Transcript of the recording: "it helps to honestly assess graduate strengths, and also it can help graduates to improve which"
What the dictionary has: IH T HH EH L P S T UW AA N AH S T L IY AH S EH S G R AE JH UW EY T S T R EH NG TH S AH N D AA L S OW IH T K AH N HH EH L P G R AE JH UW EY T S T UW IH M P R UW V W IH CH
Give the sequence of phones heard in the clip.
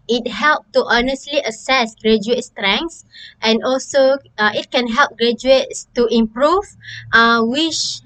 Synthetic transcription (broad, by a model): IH T HH EH L P T UW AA N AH S T L IY AH S EH S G R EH JH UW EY T S T R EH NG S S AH N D AA L S OW IH T K AH N HH EH L P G R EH JH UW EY T S T UW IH M P R UW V W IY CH